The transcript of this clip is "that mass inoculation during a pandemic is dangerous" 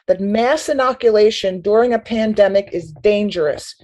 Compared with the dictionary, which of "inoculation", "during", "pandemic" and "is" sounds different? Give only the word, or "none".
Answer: none